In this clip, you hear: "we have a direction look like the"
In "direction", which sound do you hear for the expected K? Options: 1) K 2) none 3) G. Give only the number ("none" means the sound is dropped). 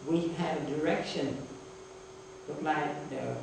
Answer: 1